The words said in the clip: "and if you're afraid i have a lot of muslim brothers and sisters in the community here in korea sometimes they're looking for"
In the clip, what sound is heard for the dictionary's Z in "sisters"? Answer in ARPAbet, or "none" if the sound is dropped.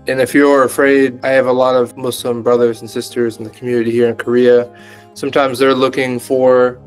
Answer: Z